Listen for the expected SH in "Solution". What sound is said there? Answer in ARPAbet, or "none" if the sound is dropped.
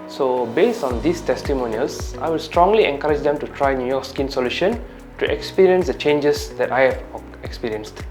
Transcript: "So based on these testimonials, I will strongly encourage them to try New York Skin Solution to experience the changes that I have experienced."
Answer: SH